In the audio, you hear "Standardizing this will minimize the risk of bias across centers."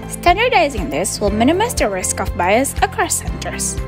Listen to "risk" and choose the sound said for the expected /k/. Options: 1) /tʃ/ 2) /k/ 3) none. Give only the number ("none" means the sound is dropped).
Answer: 2